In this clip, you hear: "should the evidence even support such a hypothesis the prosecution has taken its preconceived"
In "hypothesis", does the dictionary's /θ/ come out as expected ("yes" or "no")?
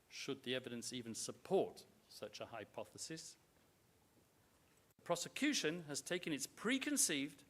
yes